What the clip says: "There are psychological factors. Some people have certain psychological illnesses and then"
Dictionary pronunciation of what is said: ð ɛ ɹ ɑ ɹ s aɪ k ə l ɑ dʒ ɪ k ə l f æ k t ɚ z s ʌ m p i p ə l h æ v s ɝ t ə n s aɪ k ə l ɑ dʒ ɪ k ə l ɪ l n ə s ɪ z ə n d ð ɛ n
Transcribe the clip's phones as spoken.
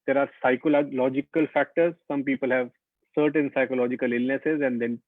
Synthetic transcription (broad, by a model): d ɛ ɹ ɑ ɹ s aɪ k ə l ɑ dʒ ɪ k ə l f æ k t ɚ z s ʌ m p i p ə l h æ v s ɝ t ə n s aɪ k ə l ɑ dʒ ɪ k ə l ɪ l n ə s ɪ z ə n d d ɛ n